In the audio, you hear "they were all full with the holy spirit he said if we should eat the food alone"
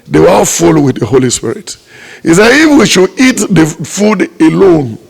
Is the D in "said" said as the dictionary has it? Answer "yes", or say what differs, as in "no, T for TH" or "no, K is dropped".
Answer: no, D is dropped